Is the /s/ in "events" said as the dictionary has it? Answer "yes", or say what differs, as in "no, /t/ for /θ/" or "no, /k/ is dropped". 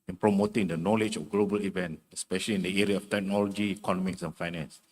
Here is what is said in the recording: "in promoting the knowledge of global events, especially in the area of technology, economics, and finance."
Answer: no, /s/ is dropped